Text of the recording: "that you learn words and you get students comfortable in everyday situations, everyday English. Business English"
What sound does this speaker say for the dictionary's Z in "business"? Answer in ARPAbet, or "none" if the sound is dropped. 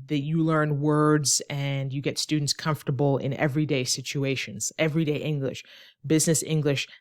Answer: Z